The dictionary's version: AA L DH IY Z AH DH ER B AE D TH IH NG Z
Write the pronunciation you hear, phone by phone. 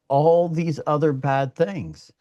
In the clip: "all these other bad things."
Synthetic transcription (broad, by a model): AA L DH IY Z AH DH ER B AE D TH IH NG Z